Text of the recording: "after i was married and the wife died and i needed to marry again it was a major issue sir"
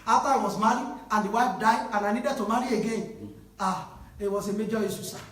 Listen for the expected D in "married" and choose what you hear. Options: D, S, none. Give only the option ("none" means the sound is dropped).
none